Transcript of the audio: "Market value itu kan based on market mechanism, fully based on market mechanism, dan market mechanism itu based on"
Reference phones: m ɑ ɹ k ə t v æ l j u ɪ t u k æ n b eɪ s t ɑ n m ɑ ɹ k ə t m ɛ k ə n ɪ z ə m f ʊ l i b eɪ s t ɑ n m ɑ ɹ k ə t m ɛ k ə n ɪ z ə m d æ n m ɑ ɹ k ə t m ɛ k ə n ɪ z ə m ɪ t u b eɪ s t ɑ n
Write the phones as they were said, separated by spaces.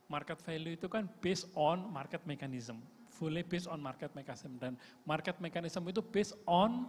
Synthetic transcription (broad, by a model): m ɑ ɹ k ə t f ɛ l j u ɪ t u k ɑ n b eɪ s ɑ n m ɑ ɹ k ə t m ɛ k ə n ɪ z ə m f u l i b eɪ s ɑ n m ɑ ɹ k ə t m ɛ k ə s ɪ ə m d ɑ n m ɑ ɹ k ə t m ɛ k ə n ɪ s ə m ɪ t u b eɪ s ɑ n